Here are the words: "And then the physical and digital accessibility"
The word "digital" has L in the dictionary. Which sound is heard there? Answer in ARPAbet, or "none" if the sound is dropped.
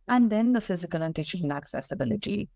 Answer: N